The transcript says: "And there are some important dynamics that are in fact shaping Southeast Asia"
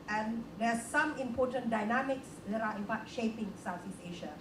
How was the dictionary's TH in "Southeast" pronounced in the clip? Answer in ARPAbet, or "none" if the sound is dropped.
T